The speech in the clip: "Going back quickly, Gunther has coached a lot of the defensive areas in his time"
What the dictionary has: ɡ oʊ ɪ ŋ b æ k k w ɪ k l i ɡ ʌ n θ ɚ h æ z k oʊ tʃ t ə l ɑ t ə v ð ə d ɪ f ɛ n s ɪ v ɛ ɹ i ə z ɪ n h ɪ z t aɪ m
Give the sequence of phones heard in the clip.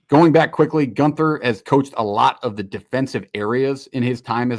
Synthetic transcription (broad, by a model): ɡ oʊ ɪ ŋ b æ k k w ɪ k l i ɡ ʌ n θ ɚ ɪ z k oʊ tʃ t ə l ɑ t ə v ð ə d ɪ f ɛ n s ɪ v ɛ ɹ i ə z ɪ n ɪ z t aɪ m